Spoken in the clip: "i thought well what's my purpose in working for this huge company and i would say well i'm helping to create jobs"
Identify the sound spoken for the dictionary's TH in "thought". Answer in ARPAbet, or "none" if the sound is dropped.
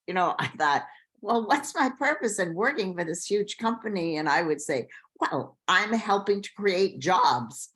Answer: TH